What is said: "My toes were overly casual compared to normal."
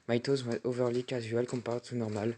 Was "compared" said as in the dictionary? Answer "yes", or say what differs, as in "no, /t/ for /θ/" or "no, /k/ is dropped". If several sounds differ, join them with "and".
no, /m/ is dropped